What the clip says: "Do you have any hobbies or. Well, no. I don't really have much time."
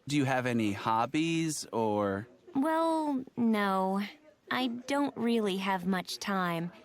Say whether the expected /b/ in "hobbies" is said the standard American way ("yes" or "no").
yes